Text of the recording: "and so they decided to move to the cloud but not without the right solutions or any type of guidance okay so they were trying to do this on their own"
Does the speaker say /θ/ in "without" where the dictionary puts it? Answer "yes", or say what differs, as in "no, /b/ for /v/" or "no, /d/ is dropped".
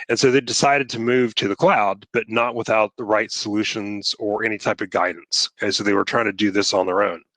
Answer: yes